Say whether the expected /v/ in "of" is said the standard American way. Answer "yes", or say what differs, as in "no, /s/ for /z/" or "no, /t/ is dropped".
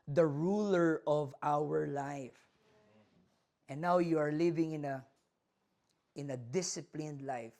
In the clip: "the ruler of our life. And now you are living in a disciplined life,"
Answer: yes